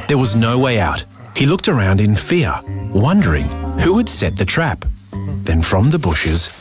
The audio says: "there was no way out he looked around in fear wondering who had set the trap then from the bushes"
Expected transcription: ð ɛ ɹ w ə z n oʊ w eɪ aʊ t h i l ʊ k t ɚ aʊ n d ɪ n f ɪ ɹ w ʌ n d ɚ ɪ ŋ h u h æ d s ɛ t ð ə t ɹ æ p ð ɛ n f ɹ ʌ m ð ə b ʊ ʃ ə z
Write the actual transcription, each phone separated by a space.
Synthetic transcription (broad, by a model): ð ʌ ɹ w ə z n oʊ w eɪ aʊ t h i l ʊ k t ɚ aʊ n d ɪ n f ɪ ɹ w ʌ n d ɚ ɪ ŋ h u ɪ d s ɛ t ð ə t ɹ æ p ð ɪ n f ɹ ʌ m ð ə b ʊ ʃ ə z